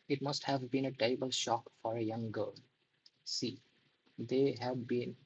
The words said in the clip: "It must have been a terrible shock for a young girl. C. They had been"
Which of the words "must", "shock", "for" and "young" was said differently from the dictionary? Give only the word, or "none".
none